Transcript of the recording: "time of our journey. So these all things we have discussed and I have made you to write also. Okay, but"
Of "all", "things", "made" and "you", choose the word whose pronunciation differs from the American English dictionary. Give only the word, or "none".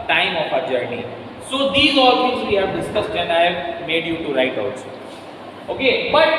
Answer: things